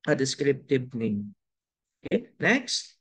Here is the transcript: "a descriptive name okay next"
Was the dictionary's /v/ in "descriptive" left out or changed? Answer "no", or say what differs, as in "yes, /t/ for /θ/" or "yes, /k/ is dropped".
yes, /b/ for /v/